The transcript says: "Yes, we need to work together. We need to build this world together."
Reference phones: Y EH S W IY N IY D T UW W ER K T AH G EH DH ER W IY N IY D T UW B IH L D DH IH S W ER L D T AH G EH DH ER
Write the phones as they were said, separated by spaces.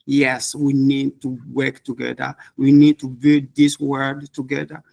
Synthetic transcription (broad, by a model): Y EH S W IY N IY D T UW W ER K T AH G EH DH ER W IY N IY D T UW B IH L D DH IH S W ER D T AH G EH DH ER